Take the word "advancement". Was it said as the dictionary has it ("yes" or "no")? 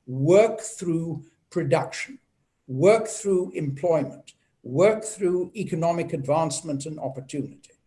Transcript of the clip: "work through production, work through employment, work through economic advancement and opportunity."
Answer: yes